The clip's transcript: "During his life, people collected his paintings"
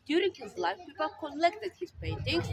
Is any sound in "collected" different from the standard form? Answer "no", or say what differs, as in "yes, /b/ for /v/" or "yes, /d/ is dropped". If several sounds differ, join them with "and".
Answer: yes, /n/ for /l/